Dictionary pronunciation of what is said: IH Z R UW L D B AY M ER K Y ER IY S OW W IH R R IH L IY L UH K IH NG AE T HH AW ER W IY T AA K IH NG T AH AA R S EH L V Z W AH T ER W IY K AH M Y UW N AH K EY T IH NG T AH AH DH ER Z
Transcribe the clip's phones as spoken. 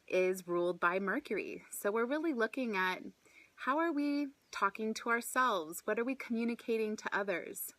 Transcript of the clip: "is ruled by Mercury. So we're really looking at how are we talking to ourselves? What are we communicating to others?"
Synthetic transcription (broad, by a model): IH Z R UW L D B AY M ER K Y ER IY S OW W IH R R IH L IY L UH K IH NG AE T HH AW ER W IY T AA K IH NG T AH AA R S EH L V Z W AH T ER W IY K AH M Y UW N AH K EY T IH NG T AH AH DH ER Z